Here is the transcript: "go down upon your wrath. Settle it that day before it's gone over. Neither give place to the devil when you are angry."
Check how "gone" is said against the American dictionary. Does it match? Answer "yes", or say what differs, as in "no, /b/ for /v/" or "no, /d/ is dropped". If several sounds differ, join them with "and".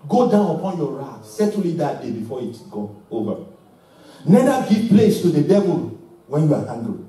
no, /n/ is dropped